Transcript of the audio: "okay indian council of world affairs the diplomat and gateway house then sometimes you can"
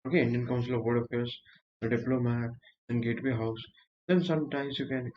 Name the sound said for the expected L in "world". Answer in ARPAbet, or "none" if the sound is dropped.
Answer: none